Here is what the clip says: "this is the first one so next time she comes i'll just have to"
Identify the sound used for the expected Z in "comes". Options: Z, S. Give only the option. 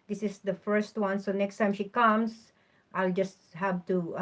S